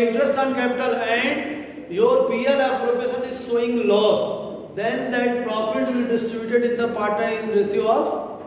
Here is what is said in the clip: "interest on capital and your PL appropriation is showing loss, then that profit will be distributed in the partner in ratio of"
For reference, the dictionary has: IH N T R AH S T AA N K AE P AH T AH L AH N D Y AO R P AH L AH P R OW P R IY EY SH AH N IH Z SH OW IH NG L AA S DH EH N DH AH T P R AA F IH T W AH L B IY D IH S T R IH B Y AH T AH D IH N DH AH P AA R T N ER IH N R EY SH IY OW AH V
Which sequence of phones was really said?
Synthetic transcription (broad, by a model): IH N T R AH S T AA N K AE P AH T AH L AH N D Y AO R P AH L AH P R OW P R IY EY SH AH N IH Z S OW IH NG L AA S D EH N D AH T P R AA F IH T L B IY D IH S T R IH B Y AH T AH D IH N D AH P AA R T ER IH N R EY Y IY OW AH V